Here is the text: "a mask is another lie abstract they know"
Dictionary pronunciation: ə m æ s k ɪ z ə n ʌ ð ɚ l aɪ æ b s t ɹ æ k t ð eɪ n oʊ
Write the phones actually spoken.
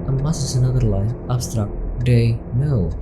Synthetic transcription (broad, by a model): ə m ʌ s ɪ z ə n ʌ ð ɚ l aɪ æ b s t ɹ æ k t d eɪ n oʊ